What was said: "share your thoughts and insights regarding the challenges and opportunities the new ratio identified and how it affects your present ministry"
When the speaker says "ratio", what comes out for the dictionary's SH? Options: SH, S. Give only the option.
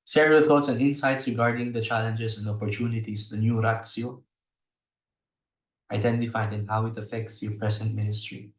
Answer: S